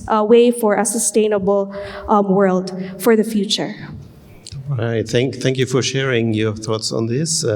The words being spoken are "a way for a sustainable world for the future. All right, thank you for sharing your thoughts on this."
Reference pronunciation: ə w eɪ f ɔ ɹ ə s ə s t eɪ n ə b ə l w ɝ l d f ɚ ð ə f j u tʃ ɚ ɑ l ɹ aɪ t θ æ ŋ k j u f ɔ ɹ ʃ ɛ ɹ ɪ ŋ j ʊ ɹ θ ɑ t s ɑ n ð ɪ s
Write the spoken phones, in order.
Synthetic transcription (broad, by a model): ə w eɪ f ɔ ɹ ə s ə s t eɪ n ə b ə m w ɝ l d f ɚ ð ə f j u tʃ ɚ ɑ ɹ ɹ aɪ t θ æ ŋ k j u f ɔ ɹ ʃ ɛ ɹ ɪ ŋ j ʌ ɹ θ ɑ t s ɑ n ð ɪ s